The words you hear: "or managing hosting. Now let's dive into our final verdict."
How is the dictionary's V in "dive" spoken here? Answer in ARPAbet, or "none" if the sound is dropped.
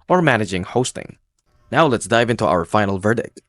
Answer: V